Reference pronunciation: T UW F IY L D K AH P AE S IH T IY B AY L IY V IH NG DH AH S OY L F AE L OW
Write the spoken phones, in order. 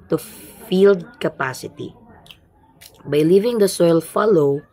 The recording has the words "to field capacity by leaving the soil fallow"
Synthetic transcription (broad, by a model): T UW F IY L D K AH P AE S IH T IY B AY L IY V IH NG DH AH S OY L F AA L OW